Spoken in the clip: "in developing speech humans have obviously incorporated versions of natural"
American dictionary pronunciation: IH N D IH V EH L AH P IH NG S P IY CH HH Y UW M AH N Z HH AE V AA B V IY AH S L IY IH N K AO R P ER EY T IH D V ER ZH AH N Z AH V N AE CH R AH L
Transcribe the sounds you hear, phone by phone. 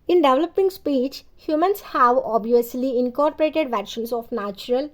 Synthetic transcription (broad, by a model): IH N D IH V L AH P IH NG S P IY CH HH Y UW M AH N S HH AE V AA B V IY AH S L IY IH N K AO R P ER EY T IH D V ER SH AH N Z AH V N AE CH R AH L